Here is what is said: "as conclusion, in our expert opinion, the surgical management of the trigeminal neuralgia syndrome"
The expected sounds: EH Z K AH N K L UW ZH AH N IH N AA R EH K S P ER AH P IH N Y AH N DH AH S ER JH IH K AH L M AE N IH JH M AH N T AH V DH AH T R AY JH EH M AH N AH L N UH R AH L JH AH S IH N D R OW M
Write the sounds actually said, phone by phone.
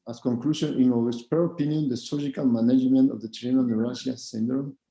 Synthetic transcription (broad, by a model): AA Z K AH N K L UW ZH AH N IH N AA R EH S P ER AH P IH N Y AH N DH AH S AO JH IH K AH L M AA N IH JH M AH N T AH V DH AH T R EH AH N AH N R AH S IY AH S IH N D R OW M